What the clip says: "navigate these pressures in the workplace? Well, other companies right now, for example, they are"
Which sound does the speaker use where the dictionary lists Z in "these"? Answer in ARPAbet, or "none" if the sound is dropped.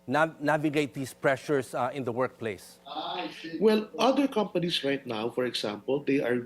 S